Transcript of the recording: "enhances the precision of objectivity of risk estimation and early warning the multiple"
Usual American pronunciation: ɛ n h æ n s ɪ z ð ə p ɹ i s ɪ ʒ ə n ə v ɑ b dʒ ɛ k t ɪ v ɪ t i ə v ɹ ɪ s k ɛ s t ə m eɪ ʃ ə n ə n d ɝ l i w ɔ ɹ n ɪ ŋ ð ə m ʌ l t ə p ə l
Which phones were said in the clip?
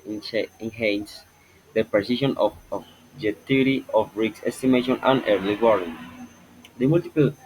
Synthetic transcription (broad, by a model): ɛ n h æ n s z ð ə p ɹ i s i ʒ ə n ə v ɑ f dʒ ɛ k t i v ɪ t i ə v ɹ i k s ɛ s t ə m eɪ ʃ ə n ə n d ɝ l i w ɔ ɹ ɪ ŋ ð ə m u l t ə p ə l